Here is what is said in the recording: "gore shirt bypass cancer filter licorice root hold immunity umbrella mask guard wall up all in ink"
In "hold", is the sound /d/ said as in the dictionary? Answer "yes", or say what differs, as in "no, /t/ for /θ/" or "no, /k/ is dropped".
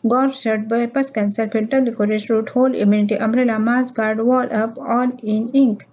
no, /d/ is dropped